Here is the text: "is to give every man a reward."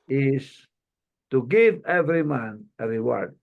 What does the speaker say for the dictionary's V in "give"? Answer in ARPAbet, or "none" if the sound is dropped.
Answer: V